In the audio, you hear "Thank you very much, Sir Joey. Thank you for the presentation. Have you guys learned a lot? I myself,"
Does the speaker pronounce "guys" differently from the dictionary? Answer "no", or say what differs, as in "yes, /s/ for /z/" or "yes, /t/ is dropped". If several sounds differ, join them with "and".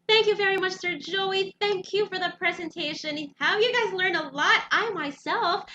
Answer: no